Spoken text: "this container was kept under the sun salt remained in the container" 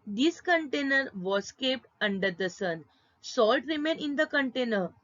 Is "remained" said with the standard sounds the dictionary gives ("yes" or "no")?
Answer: no